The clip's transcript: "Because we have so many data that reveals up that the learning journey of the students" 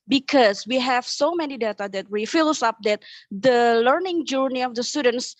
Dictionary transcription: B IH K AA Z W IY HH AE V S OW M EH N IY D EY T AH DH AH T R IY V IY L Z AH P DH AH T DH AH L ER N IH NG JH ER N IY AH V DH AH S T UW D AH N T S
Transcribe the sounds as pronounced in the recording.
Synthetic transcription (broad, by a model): B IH K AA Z W IY HH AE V S OW M EH N IY D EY T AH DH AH T W IY F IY L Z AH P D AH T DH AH L ER N IH NG JH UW N IY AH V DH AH S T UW D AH N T S